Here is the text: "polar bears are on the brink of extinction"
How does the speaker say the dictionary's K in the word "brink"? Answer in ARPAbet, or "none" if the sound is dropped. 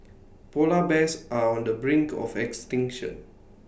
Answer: K